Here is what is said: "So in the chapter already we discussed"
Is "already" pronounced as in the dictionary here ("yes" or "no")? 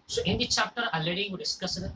no